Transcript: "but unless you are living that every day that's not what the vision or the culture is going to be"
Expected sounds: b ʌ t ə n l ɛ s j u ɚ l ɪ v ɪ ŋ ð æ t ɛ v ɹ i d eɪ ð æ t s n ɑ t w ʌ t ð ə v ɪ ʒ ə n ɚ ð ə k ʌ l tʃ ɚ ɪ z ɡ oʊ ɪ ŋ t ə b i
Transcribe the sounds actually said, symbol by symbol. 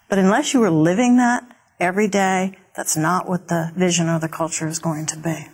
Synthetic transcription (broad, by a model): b ʌ t ə n l ɛ s j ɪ ɚ l ɪ v ɪ ŋ ð æ t ɛ v ɹ i d eɪ ð æ t s n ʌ t w ʌ t ð ə v ɪ ʒ ə n ɚ ð ə k ʌ l tʃ ɚ ɪ z ɡ oʊ ɪ ŋ t ə b i